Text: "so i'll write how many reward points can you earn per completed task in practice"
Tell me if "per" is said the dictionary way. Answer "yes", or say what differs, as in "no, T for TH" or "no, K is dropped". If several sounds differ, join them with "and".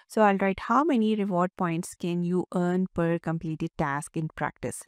yes